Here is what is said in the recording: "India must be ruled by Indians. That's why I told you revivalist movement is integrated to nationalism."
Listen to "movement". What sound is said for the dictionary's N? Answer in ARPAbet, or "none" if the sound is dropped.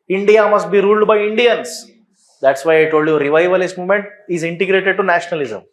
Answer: N